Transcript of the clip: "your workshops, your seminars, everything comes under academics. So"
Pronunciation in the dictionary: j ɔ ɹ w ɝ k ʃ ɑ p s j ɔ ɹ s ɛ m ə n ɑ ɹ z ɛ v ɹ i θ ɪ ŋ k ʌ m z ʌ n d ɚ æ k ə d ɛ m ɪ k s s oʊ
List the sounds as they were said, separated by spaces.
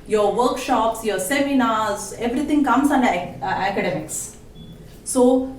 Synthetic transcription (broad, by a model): j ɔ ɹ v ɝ k ʃ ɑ p s j ɔ ɹ s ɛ m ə n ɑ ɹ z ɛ v ɹ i t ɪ ŋ k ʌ m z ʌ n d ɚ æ k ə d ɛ m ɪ k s s oʊ